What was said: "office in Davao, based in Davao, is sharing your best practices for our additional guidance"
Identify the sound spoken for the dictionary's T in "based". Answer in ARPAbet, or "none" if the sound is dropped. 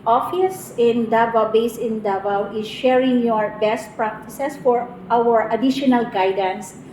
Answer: none